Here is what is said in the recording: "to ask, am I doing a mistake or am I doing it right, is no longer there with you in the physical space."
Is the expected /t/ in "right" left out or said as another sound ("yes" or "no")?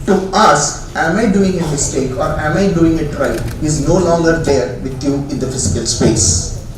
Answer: yes